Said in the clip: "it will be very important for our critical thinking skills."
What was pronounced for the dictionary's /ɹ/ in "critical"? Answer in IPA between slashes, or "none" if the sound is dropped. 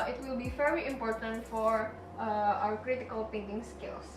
/ɹ/